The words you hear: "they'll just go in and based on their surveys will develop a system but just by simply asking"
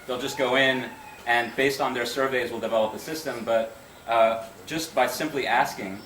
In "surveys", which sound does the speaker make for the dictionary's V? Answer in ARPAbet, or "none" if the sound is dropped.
V